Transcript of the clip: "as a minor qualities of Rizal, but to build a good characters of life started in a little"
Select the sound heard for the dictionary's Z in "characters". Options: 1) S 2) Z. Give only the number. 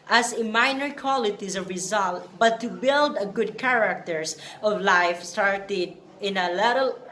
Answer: 1